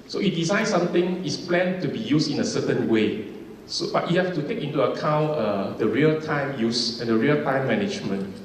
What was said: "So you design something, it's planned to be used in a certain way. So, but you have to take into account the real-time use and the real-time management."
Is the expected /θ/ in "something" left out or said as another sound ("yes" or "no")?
yes